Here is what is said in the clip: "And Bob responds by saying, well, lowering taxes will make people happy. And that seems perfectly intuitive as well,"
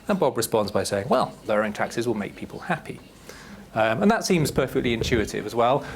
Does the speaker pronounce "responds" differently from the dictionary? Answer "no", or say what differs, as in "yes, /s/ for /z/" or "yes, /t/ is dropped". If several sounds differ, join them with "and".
no